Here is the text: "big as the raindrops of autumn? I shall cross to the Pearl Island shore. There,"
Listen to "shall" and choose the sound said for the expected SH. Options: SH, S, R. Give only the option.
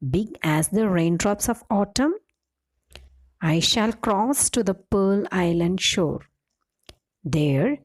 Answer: SH